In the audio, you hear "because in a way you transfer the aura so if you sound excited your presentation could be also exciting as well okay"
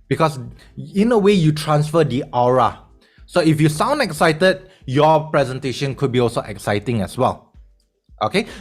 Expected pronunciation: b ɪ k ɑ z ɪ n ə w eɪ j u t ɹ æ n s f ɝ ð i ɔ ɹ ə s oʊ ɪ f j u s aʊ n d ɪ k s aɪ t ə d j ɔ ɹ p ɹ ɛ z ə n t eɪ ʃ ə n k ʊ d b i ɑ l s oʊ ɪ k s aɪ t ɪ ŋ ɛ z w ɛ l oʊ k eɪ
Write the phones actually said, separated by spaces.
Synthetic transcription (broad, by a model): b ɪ k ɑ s ɪ n ə w eɪ j u t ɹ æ n s f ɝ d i ɔ ɹ ə s oʊ ɪ f j u s aʊ n d ɪ k s aɪ t ə d j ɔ p ɹ ɛ z ə n t eɪ ʃ ə n k ʊ d b i ɑ l s oʊ ɪ k s aɪ t ɪ ŋ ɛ s w ɛ l oʊ k eɪ